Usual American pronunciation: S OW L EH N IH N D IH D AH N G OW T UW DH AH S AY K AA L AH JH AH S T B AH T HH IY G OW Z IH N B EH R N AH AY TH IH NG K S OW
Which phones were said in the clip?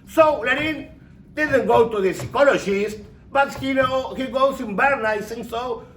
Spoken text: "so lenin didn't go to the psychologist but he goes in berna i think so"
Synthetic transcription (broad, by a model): S OW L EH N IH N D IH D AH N G OW T UW DH AH S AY K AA L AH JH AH S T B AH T HH IY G OW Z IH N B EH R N AY S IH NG S OW